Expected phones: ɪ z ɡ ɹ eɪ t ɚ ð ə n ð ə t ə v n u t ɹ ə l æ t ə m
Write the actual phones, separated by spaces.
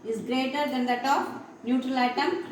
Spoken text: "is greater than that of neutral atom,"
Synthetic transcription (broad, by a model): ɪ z ɡ ɹ eɪ t ɚ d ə n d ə t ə p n u t ɹ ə l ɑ t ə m